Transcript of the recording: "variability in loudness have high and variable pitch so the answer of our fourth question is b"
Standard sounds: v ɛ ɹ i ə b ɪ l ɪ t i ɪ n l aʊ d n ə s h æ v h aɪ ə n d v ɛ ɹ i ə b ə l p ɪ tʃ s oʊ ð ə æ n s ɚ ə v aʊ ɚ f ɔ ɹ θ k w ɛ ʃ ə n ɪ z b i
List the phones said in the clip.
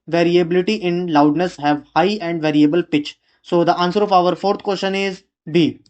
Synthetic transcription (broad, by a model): v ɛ ɹ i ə b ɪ l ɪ t i ɪ n l aʊ d n ə s h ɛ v h aɪ ə n d v ɛ ɹ i ə b ə l p ɪ tʃ s oʊ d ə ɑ n s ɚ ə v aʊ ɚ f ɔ ɹ t k w ɛ ʃ ə n ɪ z b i